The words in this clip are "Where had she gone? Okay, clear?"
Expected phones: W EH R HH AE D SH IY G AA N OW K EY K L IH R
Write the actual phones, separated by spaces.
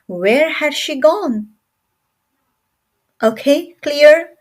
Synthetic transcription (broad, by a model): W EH R HH AE D SH IY G AA N OW K EY K L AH R